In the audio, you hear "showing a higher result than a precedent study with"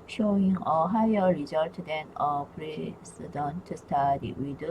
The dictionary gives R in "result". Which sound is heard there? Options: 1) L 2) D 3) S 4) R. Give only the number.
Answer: 4